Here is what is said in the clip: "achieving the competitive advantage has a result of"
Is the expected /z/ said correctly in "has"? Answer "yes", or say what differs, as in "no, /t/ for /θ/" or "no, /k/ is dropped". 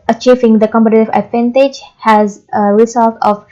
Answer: yes